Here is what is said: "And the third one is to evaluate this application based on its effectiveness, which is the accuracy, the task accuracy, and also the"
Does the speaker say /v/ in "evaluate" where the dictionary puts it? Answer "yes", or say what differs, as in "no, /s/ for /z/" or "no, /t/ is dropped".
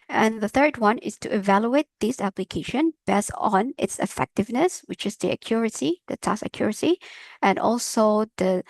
yes